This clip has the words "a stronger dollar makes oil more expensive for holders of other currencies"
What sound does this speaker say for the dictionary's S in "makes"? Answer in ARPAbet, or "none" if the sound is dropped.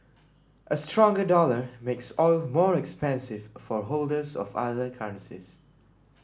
S